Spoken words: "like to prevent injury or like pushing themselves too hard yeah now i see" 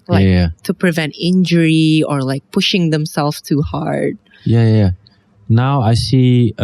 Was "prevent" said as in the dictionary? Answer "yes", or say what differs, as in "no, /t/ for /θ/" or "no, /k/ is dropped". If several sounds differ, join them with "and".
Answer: yes